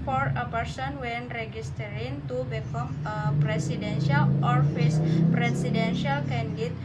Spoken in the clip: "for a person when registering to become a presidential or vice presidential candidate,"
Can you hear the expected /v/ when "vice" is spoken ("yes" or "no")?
no